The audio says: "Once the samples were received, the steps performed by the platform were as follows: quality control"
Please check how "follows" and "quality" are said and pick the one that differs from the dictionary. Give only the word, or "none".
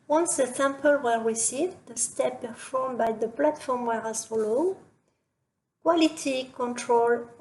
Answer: follows